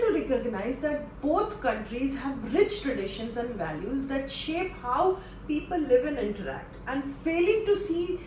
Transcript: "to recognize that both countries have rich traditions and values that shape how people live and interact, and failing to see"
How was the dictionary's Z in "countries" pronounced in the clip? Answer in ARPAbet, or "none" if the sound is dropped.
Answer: Z